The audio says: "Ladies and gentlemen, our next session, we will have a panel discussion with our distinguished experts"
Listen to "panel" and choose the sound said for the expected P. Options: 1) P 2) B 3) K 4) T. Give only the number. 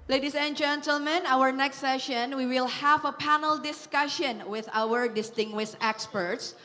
1